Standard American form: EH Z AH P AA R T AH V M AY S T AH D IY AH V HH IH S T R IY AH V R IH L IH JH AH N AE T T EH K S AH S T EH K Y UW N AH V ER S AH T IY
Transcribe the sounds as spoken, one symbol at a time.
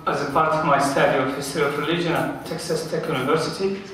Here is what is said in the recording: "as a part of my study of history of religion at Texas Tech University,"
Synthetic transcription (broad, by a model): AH Z AH P AA R T AH V M AY S T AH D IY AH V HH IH S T IY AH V R IH L IH JH AH N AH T T EH K S AH S T EH K Y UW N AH V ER S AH T IY